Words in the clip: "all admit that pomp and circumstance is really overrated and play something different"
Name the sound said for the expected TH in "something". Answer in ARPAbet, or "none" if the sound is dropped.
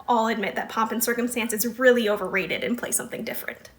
TH